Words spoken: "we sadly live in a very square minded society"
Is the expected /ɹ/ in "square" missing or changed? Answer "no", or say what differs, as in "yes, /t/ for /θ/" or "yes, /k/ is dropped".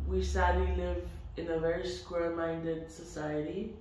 yes, /l/ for /ɹ/